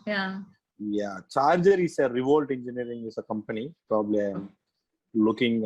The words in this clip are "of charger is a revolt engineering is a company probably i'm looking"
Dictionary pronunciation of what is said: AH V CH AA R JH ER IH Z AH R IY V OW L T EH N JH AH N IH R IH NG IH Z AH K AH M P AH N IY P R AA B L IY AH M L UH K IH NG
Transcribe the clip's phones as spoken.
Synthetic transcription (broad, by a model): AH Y CH AA R JH ER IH S AH R IY V OW L T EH N JH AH N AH R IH NG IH S AH K AH M P AH N IY P R AA B L IY AH M L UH K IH NG